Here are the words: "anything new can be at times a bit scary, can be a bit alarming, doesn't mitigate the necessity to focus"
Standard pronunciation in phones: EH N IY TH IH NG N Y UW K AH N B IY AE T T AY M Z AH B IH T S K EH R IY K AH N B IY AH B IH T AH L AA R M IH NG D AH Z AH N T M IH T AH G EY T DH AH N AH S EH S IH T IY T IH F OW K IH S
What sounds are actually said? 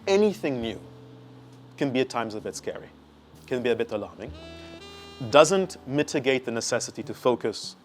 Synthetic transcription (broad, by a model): EH N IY TH IH NG N Y UW K AH N B IY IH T T AY M Z AH B IH T S K EH R IY K AH N B IY AH B IH T AH L AA R M IH NG D AH Z AH N T M IH T AH G EY T DH AH N AH S EH S IH T IY T IH F OW K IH S